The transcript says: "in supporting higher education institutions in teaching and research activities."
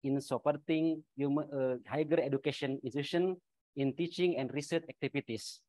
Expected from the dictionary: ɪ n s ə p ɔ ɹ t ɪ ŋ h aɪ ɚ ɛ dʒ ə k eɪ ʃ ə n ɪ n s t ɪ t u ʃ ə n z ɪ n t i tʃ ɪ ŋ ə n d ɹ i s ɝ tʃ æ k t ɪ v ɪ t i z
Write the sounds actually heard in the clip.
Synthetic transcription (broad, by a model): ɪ n s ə p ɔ ɹ t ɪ ŋ h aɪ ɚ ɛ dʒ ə k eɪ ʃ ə n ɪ n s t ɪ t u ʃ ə n ɪ n t i tʃ ɪ ŋ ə n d ɹ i s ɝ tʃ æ k t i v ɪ t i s